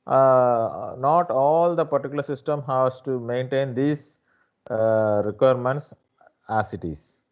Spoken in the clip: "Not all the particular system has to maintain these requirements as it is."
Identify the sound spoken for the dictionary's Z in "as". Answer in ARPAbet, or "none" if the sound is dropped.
S